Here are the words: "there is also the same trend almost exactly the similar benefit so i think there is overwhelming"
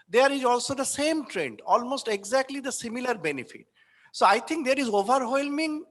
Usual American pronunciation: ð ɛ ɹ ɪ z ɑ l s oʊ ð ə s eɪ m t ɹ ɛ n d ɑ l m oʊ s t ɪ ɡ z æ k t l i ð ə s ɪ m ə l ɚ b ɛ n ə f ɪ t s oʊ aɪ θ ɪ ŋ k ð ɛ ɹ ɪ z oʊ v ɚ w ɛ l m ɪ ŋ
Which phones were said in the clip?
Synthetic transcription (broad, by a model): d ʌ ɹ ɪ z ɑ l s oʊ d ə s eɪ m t ɹ ɛ n d ɑ l m oʊ s t ɪ ɡ z æ k t l i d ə s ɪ m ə l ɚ b ɛ n ə f ɪ t s oʊ aɪ t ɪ ŋ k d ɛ ɹ ɪ z oʊ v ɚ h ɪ l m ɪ ŋ